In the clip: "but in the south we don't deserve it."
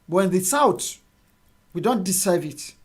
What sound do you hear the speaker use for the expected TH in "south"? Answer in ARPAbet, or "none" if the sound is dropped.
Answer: T